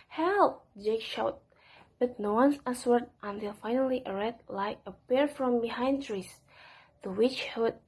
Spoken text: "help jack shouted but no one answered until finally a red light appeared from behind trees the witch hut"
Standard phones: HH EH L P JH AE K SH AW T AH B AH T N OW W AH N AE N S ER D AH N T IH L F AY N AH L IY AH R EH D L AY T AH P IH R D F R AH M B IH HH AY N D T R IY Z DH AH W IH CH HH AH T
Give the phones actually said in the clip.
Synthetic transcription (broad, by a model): HH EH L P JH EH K SH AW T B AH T N OW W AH N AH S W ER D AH N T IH L F AY N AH L IY AH R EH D L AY AH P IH R F R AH M B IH HH AY N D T R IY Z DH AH W IH CH HH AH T